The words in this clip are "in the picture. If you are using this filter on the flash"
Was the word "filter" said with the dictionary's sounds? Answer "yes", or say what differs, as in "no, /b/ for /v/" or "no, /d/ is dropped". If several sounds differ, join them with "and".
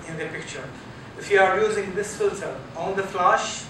no, /s/ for /t/